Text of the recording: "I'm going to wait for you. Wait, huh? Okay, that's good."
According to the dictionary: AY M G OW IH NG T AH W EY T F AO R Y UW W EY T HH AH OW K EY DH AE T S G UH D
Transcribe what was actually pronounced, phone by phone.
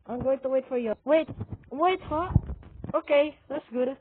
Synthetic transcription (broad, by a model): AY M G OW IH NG T AH W EY T F AO R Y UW W EY T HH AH OW K EY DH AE T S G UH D